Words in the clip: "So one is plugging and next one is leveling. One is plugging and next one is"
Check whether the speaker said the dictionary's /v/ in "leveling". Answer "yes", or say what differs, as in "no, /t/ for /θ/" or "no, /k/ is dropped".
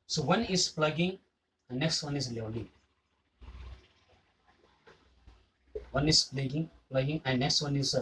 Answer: no, /w/ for /v/